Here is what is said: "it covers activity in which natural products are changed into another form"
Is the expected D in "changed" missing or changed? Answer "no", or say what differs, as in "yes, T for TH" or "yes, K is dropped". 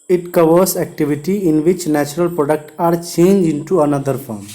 yes, D is dropped